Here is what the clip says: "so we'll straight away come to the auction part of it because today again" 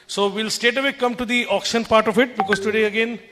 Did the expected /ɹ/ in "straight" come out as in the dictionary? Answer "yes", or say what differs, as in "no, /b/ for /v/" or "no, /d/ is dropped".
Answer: no, /ɹ/ is dropped